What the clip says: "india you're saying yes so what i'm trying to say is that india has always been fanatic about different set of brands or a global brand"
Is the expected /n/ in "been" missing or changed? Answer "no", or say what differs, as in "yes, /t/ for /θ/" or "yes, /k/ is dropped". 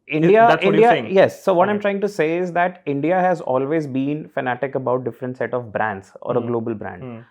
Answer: no